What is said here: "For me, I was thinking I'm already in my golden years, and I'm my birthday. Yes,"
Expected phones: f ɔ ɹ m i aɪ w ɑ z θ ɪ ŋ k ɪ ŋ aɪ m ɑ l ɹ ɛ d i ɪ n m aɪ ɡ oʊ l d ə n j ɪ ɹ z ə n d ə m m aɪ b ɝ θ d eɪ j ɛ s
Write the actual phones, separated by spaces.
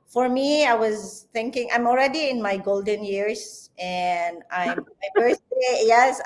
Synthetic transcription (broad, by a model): f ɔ ɹ m i aɪ w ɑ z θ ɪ ŋ k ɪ ŋ aɪ m ɑ l ɹ ɛ d i ɪ n m aɪ ɡ oʊ l d ə n j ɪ ɹ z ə n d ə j m aɪ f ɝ s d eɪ j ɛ s